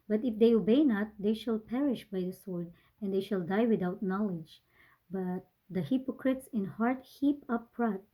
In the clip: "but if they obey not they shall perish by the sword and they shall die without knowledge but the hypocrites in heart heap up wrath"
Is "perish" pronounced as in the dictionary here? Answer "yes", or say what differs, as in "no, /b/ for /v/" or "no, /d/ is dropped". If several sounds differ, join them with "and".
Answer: yes